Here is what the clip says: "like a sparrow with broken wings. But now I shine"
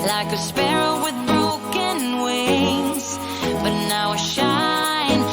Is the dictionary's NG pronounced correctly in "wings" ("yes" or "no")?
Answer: no